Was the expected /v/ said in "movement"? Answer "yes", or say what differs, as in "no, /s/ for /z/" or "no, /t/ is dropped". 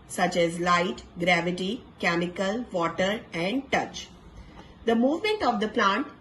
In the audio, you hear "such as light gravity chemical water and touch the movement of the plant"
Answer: yes